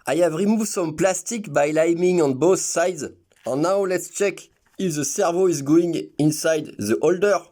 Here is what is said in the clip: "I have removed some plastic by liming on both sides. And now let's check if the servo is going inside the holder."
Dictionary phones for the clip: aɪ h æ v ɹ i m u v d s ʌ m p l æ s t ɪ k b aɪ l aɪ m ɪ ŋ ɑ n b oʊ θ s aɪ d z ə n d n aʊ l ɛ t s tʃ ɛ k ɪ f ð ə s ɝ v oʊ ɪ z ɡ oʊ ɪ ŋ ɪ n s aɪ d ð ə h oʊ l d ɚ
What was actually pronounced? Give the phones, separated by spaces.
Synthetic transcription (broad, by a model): aɪ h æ v ɹ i m u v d s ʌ m p l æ s t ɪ k b aɪ l aɪ m ɪ ŋ ɑ n b oʊ θ s aɪ d z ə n n aʊ l ɛ t s tʃ ɛ k ɪ f ð ə s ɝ v oʊ ɪ z ɡ oʊ ɪ ŋ ɪ n s aɪ d ð ə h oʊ l d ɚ